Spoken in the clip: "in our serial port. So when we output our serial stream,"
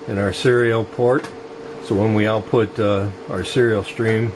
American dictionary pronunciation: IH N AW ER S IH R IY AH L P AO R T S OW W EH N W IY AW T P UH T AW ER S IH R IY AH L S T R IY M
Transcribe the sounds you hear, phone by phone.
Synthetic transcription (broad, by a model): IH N AW ER S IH R IY L P AO R T S OW W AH N W IY AW T P UH T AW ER S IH R IY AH L S T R IY M